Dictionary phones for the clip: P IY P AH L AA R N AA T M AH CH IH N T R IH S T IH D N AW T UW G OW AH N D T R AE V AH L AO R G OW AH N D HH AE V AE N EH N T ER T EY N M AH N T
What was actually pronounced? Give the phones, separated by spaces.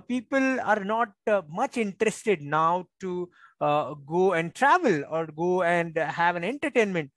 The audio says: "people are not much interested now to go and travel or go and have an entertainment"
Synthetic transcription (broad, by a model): P IY P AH L AA R N AA T M AH CH IH N T R IH S T IH D N AW T UW G OW AH N D T R AE V AH L AO R G OW AH N D HH AE V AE N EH N T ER T EY N M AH N T